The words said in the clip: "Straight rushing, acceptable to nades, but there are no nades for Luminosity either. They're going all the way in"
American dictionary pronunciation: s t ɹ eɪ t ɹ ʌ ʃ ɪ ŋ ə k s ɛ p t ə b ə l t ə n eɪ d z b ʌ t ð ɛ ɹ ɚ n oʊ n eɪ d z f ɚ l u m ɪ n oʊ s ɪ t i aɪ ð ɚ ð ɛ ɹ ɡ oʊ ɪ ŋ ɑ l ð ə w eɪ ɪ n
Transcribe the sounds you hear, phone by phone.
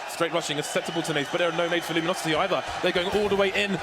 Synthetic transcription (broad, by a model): s t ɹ eɪ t ɹ ʌ ʃ ɪ ŋ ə s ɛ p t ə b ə l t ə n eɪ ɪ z b ʌ t ð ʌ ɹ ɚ n oʊ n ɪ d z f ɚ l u m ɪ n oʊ s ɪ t i aɪ ð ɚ ð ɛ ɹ ɡ oʊ ɪ ŋ ɑ l ð ə w eɪ ɪ n